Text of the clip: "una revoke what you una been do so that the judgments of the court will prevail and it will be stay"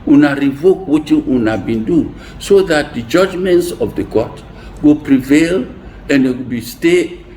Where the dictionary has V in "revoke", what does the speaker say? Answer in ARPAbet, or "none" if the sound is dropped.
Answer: V